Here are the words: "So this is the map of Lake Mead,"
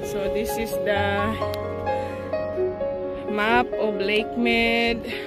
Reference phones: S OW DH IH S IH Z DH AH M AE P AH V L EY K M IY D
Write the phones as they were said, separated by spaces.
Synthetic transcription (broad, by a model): S OW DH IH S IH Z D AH M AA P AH B L EY K M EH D